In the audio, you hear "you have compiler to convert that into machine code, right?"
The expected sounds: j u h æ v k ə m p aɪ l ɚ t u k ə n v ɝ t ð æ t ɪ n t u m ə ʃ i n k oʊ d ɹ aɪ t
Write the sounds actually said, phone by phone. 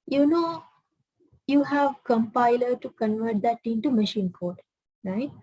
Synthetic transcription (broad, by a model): j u h æ v k ə m p aɪ l ɚ t u k ə n v ɝ t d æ t ɪ n t u m ə ʃ i n k oʊ d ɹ aɪ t